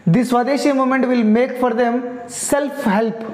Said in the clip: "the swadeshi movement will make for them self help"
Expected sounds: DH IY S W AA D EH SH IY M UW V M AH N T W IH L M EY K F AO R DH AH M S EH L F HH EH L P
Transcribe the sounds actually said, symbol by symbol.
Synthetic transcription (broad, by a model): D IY S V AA D EH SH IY M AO M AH N T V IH L M EY K F AO R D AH M S EH L F HH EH L P